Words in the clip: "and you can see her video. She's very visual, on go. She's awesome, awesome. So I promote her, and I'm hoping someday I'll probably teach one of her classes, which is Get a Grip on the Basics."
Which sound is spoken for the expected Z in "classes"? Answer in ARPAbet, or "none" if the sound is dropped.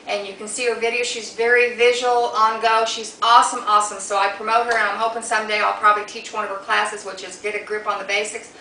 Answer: Z